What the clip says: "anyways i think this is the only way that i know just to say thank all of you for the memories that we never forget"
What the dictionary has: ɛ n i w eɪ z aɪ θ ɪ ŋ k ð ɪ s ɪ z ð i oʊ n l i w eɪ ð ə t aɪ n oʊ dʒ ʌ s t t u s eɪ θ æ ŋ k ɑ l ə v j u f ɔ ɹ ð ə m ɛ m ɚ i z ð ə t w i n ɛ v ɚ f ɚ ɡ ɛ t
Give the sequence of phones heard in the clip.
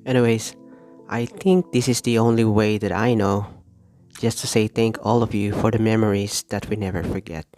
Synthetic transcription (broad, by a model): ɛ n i w eɪ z aɪ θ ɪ ŋ k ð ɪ s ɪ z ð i oʊ n l i w eɪ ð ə t aɪ n oʊ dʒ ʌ s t t u s eɪ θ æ ŋ k ɑ l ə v j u f ɔ ɹ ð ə m ɛ m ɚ i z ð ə t w i n ɛ v ɚ f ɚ ɡ ɛ t